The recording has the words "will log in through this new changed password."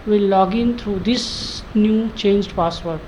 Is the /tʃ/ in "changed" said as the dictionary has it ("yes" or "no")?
yes